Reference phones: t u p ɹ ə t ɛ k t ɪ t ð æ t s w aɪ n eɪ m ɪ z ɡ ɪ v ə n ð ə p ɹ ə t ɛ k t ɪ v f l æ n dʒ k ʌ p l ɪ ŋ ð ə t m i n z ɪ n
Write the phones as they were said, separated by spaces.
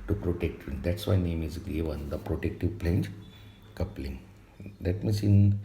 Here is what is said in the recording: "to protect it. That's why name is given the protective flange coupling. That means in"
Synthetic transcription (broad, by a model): t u p ɹ ə t ɛ k t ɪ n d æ t s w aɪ n eɪ m ɪ z ɡ ɪ v ə n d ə p ɹ ə t ɛ k t ɪ v p l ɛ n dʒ k ʌ p l ɪ ŋ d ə t m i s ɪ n